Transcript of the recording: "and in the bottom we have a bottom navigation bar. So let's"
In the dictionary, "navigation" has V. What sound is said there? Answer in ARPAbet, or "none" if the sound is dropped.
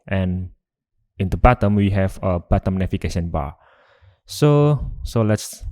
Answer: F